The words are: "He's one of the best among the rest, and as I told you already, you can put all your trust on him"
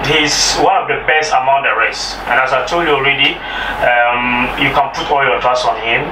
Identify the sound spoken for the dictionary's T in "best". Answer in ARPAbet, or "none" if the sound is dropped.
T